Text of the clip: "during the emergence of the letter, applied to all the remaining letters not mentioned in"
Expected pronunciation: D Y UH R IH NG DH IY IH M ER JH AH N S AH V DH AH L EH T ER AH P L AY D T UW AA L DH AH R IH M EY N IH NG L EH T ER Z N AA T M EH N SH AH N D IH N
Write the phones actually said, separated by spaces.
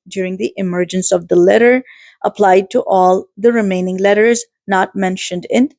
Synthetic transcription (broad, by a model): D Y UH R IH NG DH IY IH M ER JH AH N S AH V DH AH L EH T ER AH P L AY D T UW AA L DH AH R IH M EY N IH NG L EH T ER Z N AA T M EH N SH AH N D IH N